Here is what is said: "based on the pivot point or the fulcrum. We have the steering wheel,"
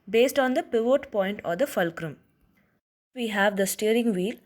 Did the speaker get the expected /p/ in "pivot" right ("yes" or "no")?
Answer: yes